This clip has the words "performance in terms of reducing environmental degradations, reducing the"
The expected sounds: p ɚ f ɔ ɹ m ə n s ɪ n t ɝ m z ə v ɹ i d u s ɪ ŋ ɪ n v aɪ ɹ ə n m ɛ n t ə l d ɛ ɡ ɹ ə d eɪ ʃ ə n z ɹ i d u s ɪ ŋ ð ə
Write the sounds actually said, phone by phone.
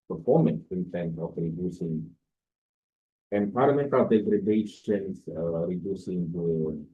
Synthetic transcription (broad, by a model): p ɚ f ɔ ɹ m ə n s ɪ n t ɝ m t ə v ɹ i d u s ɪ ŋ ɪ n p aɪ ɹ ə m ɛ n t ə l d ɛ ɡ ɹ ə d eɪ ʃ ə n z ɹ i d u s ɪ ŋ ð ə